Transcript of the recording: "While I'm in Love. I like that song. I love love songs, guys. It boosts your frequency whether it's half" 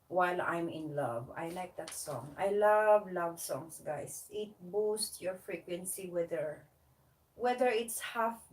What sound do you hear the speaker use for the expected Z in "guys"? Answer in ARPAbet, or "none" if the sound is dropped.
S